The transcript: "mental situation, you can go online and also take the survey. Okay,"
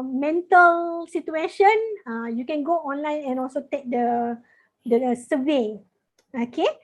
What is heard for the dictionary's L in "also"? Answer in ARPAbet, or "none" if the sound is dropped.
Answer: L